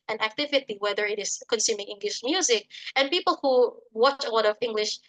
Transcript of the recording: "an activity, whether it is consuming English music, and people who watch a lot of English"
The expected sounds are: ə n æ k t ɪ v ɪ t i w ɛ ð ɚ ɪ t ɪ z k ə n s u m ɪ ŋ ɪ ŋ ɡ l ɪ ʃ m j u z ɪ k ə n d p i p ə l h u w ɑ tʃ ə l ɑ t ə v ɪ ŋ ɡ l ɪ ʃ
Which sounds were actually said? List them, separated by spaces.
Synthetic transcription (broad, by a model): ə n æ k t ɪ v ɪ t i w ɛ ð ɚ ɪ t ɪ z k ə n s u m ɪ ŋ ɪ ŋ ɡ l ɪ ʃ m j u z ɪ k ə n p i p ə l h u w ɑ tʃ ə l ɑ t ə v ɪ ŋ ɡ l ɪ ʃ